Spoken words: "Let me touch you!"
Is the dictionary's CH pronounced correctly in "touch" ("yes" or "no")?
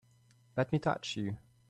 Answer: yes